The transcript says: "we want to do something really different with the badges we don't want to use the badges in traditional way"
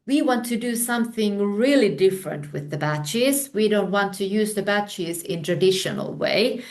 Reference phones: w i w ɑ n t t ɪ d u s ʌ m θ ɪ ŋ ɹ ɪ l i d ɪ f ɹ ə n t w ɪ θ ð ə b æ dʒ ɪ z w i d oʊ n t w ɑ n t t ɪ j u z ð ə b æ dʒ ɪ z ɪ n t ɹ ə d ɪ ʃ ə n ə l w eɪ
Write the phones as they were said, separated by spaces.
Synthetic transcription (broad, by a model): w i w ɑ n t t ɪ d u s ʌ m θ ɪ ŋ ɹ ɪ l i d ɪ f ɹ ə n t w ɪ ð ə b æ tʃ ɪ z w i d oʊ n t w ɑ n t t ɪ j u z ð ə b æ tʃ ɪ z ɪ n t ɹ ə d ɪ ʃ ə n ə l w eɪ